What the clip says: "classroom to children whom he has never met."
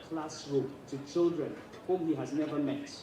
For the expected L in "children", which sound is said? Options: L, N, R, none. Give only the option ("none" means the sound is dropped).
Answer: L